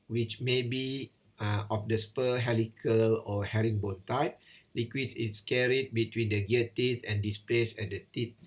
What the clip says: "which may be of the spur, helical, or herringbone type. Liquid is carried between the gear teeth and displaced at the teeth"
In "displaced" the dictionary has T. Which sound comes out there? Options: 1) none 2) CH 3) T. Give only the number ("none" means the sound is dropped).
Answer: 1